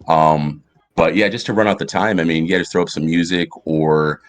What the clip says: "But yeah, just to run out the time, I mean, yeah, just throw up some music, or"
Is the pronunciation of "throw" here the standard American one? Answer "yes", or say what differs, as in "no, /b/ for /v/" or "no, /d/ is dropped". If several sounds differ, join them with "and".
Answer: yes